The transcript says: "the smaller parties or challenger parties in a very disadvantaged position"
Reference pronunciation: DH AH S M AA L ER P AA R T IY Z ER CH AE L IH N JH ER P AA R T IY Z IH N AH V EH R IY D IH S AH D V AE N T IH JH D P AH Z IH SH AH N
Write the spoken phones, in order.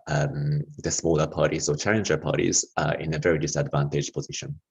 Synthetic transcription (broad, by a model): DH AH S M AA L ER P AA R T IY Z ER CH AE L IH N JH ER P AA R T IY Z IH N AH V EH R IY D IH S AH D V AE N T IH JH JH P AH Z IH SH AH N